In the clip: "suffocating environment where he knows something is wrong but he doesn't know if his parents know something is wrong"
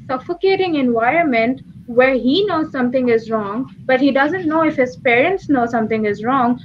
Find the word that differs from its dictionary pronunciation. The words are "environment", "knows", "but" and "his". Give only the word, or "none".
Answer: none